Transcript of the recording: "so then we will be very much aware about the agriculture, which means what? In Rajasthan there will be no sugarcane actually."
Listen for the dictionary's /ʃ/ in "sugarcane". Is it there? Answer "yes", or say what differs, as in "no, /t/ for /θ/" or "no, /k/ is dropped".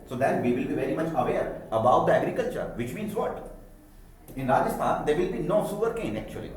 no, /s/ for /ʃ/